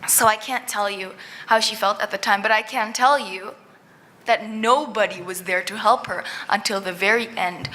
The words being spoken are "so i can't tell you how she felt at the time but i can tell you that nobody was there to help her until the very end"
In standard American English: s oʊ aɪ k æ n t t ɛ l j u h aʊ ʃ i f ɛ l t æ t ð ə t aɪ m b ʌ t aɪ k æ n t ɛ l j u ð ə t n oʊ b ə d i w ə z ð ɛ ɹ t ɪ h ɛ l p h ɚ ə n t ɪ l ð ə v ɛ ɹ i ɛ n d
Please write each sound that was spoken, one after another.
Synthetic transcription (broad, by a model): s oʊ aɪ k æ n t t ɛ l j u h aʊ ʃ i f ɛ l t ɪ t ð ə t aɪ m b ʌ t aɪ k æ n t ɛ l j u ð ə t n oʊ b ə d i w ə z ð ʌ ɹ t ɪ h ɛ l p h ɚ ə n t ɪ l ð ə v ɛ ɹ i ɛ n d